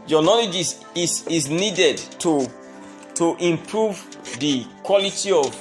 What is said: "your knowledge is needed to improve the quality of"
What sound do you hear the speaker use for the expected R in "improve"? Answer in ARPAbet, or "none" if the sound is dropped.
R